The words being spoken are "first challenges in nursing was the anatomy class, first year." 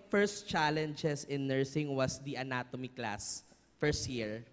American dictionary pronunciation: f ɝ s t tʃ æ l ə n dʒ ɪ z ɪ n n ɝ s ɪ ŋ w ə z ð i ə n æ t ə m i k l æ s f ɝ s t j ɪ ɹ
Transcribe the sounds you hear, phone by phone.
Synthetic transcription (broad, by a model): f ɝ s t tʃ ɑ l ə n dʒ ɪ s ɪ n n ɝ s ɪ ŋ w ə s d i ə n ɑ t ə m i k l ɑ s f ɝ s t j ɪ ɹ